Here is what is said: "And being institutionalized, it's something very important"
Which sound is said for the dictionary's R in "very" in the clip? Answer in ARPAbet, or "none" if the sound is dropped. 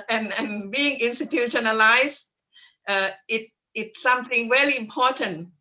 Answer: L